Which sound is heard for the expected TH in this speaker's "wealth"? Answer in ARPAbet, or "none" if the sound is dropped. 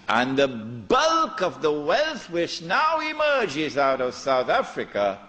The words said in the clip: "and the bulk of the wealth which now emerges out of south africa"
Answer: TH